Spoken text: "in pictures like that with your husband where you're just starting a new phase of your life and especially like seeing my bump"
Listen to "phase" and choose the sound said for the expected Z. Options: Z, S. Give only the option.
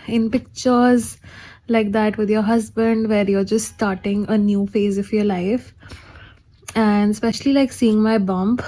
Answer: Z